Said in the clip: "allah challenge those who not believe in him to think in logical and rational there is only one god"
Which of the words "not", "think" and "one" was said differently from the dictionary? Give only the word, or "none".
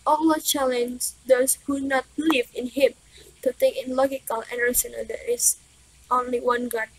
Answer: think